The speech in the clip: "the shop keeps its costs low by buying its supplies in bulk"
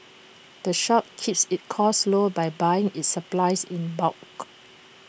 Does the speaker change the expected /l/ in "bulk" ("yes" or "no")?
yes